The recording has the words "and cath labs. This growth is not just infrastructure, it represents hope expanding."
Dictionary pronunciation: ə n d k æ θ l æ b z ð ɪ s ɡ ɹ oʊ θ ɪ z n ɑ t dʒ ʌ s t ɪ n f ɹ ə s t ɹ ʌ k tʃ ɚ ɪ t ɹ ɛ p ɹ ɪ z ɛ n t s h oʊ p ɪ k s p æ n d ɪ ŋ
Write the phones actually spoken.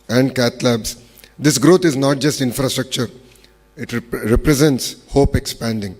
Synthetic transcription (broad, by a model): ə n d k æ t l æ b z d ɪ s ɡ ɹ oʊ t ɪ z n ɑ t dʒ ʌ s t ɪ n f ɹ ə s t ɹ ʌ k tʃ ɚ ɪ t ɹ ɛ p ɹ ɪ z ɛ n t s h oʊ p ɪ k s p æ n d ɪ ŋ